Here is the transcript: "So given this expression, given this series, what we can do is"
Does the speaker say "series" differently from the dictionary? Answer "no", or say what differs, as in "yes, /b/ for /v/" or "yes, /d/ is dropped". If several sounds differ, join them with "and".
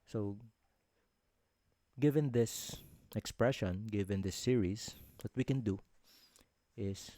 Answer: yes, /s/ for /z/